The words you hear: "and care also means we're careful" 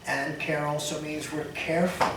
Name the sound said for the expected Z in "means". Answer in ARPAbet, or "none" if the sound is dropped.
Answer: Z